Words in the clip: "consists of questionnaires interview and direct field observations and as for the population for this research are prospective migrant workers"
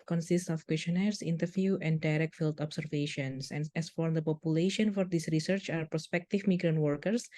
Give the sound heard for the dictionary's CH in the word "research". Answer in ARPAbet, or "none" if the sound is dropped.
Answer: CH